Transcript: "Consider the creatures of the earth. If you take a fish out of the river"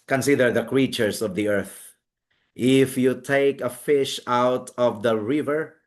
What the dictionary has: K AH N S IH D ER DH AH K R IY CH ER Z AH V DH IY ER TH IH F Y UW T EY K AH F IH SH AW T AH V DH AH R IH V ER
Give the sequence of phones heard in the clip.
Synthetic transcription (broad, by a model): K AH N S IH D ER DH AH K R IY CH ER S AH V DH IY ER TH IH F Y UW T EY K AH F IH SH AW T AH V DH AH R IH V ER